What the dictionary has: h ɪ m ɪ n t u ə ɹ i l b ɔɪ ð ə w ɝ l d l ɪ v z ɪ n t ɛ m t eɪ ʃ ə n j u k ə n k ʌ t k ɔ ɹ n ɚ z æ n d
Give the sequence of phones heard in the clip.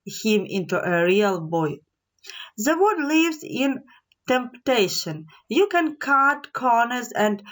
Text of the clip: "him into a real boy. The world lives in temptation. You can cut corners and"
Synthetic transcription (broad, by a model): h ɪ m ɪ n t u ə ɹ i l b ɔɪ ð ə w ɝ d l ɪ v z ɪ n t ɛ m t eɪ ʃ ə n j u k ə n k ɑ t k ɔ ɹ n ɚ z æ n d